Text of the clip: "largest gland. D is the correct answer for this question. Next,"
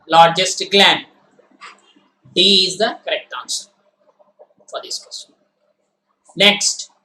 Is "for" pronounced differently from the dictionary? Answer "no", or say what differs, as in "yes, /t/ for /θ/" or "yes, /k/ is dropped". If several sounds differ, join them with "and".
no